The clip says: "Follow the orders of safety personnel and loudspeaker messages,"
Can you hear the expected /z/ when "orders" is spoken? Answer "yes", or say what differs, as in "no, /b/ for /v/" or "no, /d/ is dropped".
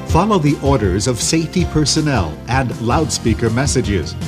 yes